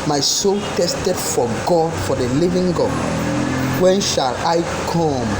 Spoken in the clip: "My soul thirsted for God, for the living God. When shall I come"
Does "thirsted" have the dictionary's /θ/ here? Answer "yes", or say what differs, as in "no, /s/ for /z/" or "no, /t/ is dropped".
no, /t/ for /θ/